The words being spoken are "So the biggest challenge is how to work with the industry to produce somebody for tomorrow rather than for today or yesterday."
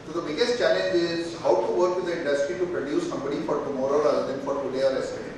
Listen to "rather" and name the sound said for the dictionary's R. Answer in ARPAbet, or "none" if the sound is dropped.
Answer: L